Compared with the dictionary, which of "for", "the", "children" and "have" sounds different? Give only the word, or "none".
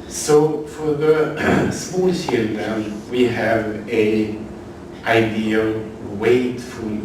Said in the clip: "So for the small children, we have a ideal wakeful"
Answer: children